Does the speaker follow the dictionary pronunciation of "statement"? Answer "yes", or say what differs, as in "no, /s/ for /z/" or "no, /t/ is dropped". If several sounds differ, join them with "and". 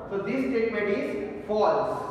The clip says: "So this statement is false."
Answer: no, /n/ is dropped